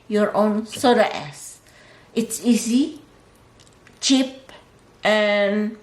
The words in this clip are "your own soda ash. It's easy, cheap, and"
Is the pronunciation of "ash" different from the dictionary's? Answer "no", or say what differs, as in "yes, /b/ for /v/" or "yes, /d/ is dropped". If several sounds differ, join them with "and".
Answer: yes, /s/ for /ʃ/